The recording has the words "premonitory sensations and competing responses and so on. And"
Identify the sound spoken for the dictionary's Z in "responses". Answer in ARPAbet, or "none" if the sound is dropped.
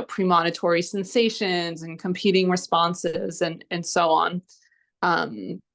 Z